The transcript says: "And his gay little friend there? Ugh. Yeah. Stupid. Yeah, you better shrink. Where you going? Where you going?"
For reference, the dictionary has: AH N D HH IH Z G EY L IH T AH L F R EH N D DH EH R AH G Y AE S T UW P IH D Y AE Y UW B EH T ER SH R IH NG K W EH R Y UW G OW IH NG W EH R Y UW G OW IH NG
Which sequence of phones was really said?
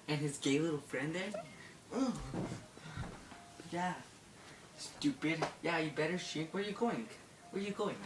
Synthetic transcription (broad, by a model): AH N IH Z G EY L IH T L F R EH N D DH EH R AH Y AE S T UW P IH D Y AE Y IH B EH T ER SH IH K W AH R Y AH G OW IH NG W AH R Y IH G OW IH NG